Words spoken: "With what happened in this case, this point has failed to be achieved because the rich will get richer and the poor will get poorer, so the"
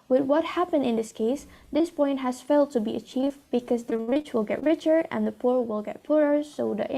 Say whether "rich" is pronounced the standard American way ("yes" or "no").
yes